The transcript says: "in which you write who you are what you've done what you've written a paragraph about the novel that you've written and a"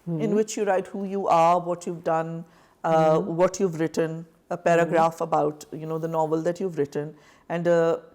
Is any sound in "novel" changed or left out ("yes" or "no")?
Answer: no